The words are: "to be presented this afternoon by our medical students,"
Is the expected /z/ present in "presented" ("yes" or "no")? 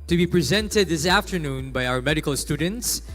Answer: yes